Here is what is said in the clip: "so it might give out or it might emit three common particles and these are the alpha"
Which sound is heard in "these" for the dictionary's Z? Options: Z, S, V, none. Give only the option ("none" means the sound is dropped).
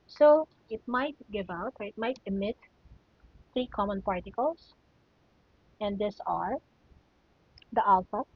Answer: S